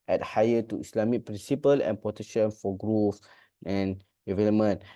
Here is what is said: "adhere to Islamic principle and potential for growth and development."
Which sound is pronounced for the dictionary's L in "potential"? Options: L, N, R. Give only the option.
N